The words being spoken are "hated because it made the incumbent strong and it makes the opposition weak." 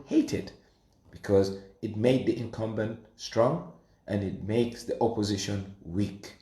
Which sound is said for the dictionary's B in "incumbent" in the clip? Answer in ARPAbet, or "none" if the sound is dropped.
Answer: B